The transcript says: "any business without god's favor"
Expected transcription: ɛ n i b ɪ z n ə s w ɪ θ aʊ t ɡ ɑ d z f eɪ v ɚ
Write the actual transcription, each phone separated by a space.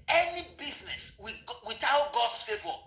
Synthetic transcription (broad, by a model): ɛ n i b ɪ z n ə s w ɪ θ aʊ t ɡ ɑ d s f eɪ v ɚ